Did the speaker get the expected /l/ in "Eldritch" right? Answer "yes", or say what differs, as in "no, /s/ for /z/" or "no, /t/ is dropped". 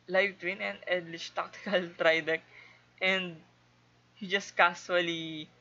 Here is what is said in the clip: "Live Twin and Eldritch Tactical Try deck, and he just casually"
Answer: no, /l/ is dropped